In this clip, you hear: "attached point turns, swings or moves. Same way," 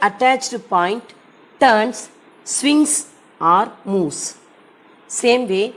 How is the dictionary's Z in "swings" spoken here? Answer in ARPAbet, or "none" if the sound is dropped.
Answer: S